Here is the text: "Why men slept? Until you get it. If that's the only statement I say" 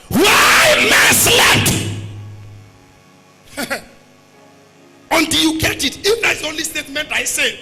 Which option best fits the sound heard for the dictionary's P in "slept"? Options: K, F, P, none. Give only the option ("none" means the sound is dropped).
none